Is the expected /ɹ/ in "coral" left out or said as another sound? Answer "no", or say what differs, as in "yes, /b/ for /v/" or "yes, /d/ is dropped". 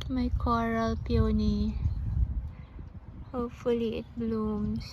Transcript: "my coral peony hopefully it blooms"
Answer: no